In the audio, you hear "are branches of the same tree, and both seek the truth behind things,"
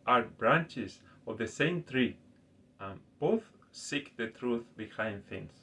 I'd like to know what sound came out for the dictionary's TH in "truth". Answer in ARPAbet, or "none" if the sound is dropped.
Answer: TH